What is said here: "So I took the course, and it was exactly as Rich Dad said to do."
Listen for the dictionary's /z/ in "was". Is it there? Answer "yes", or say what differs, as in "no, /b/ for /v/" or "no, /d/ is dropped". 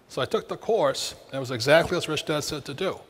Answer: yes